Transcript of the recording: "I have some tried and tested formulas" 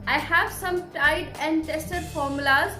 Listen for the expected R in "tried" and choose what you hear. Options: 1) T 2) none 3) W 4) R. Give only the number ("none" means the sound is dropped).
2